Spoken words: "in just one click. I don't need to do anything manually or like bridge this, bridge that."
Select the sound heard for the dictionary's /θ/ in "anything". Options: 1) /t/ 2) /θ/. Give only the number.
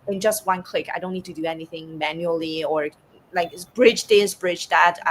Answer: 2